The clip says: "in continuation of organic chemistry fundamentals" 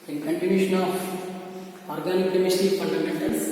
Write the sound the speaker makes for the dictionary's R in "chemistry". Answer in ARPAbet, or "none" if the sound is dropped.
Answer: none